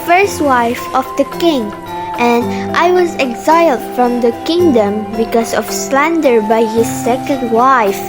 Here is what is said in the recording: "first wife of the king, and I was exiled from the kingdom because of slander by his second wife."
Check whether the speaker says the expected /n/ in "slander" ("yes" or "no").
yes